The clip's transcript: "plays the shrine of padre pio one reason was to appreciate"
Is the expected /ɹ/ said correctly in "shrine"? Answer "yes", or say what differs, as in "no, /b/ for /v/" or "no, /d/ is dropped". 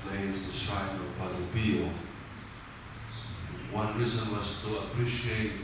no, /ɹ/ is dropped